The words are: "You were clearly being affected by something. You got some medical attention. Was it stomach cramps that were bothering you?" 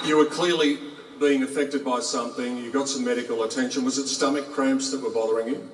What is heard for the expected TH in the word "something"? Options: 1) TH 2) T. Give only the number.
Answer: 1